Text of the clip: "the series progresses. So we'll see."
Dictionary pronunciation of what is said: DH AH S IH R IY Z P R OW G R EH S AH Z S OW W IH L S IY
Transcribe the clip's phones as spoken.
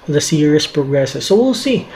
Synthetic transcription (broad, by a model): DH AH S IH R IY S P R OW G R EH S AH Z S OW W IH L S IY